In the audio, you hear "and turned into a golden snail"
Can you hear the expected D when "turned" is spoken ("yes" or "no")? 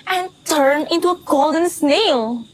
no